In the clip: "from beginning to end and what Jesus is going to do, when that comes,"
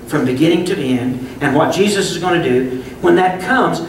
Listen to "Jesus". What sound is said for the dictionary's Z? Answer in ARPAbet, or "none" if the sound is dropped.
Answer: Z